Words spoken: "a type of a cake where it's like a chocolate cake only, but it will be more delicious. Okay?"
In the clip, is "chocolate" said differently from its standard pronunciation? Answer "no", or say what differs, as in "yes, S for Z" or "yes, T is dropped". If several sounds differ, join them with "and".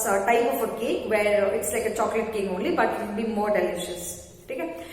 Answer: no